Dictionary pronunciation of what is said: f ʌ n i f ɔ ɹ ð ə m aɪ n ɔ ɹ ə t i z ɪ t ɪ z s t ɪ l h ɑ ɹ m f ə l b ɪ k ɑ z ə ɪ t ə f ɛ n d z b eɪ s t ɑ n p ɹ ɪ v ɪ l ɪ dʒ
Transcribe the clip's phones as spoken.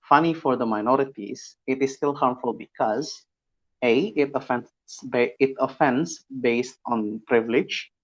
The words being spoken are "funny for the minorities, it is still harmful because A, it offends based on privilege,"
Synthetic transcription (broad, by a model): f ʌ n i f ɔ ɹ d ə m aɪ n ɔ ɹ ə t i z ɪ t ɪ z s t ɪ l h ɑ ɹ m f ə l b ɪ k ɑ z ə ɪ t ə f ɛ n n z b eɪ s t ɑ n p ɹ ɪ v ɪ l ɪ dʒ